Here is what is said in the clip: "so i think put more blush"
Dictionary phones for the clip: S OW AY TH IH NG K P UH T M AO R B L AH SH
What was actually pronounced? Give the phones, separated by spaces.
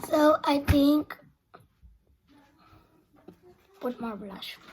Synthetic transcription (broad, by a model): S OW AY T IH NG K P UH T M AO R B L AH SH